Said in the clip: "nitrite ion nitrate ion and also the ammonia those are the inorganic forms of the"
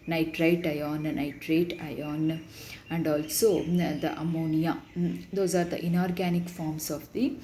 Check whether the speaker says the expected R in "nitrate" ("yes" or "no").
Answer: yes